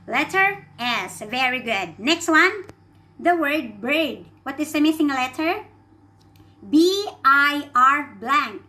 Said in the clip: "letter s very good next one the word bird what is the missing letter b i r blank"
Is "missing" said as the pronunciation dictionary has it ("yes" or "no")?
no